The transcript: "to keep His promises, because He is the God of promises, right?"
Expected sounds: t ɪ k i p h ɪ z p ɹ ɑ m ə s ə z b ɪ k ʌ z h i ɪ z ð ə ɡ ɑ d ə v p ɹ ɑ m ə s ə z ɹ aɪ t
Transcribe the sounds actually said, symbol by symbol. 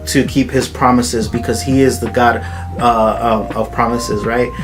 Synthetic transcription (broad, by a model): t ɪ k i p h ɪ z p ɹ ɑ m ə s ə z b ɪ k ʌ z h i ɪ z ð ə ɡ ɑ d ə v p ɹ ɑ m ə s ə z ɹ aɪ t